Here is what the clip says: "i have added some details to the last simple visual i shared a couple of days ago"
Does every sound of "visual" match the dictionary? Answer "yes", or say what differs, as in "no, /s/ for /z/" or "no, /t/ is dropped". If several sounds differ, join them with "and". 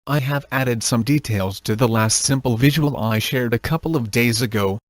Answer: yes